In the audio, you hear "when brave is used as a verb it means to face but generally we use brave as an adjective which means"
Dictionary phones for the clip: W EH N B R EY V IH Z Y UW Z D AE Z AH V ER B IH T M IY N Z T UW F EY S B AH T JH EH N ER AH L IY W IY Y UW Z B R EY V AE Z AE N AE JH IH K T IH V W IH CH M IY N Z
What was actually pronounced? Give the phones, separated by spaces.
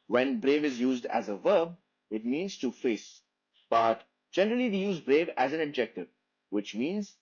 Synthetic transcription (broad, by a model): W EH N B R EY V IH Z Y UW Z D AE Z AH V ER B IH T M IY N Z T UW F EY S B AH T JH EH N ER AH L IY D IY Y UW Z B R EY V AE Z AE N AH JH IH K T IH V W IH CH M IY N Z